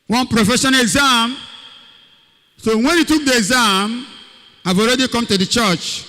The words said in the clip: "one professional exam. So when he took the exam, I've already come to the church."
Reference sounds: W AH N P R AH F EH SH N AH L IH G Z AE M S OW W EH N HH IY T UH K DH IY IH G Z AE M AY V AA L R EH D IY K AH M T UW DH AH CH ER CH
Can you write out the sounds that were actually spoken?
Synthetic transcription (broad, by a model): W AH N P R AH F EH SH AH N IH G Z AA M S OW W EH N HH IY T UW K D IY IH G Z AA M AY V AA L R EH D IY K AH M T UW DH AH CH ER CH